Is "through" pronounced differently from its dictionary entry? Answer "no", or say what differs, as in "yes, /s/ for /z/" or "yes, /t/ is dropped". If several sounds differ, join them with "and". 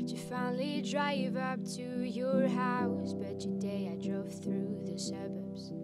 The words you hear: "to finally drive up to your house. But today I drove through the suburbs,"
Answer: no